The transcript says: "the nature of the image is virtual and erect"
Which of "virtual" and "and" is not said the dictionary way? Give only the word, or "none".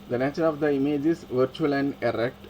none